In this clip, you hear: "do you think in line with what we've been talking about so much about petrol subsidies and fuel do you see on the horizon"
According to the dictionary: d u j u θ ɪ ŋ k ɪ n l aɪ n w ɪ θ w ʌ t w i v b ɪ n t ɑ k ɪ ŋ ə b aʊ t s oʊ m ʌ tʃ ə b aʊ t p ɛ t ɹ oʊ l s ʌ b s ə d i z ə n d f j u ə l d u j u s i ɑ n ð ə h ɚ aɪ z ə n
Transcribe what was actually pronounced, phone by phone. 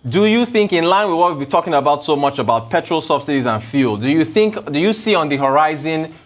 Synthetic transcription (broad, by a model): d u j u θ ɪ ŋ k ɪ n l aɪ n w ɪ w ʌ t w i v b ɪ t ɑ k ɪ ŋ ə b aʊ t s oʊ m ʌ tʃ ə b aʊ t p ɛ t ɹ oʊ l s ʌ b s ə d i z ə n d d j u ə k d u j u s i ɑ n ð ə h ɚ aɪ z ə n